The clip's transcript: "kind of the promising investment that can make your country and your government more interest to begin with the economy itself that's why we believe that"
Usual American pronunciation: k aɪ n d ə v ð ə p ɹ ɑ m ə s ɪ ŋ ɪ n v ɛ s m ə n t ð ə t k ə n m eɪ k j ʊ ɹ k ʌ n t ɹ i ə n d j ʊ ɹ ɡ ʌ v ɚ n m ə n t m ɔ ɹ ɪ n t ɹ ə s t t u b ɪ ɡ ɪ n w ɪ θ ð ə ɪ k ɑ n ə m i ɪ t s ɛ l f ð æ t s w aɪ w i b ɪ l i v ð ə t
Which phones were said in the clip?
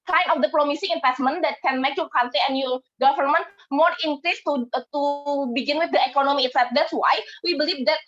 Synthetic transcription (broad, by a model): k aɪ n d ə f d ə p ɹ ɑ m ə s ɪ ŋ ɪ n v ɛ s m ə n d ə t k ə n m eɪ k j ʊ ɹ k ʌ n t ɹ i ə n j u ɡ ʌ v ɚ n m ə n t m ɔ ɹ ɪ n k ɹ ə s t t u b ɪ ɡ ɪ n w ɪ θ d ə ɪ k ɑ n ə m i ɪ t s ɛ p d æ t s w aɪ w i b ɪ l i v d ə t